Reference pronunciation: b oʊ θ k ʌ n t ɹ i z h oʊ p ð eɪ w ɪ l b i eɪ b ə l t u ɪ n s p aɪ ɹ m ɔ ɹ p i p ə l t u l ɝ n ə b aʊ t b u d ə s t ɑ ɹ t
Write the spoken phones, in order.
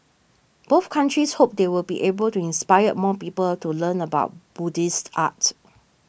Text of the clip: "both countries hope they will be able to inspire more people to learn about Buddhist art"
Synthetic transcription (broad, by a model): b oʊ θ k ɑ n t ɹ i s h oʊ p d eɪ w ɪ l b i eɪ b ə l t u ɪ n s p aɪ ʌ m ɔ p i p ə l t u l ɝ n ə b aʊ t b u d ə s t ɑ t